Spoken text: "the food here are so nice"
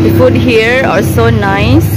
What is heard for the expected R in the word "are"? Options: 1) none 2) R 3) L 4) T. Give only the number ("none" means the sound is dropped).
3